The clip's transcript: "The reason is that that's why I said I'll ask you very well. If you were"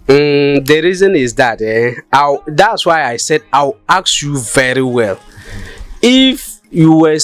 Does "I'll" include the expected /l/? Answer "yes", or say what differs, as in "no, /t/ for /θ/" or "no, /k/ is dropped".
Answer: no, /w/ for /l/